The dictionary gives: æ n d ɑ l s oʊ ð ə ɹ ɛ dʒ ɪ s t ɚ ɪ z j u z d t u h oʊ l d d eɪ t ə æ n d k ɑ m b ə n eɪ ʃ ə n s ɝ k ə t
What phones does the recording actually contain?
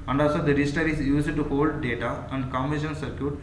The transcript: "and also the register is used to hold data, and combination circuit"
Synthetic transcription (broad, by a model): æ n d ɑ l s oʊ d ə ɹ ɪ ɪ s t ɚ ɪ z j u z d t u h oʊ l d d eɪ t ə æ n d k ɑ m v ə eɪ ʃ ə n s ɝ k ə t